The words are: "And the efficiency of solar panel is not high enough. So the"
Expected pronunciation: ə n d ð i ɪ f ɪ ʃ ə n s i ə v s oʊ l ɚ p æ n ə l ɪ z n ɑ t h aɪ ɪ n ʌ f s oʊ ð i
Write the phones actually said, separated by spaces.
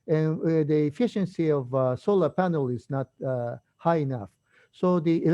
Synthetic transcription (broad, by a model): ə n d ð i ɪ f ɪ ʃ ə n s i ə v s oʊ l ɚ p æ n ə l ɪ z n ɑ t h aɪ ɪ n ʌ f s oʊ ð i